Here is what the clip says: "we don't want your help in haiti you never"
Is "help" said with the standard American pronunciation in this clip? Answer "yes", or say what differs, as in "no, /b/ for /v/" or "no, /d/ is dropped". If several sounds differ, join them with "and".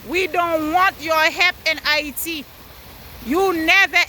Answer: no, /l/ is dropped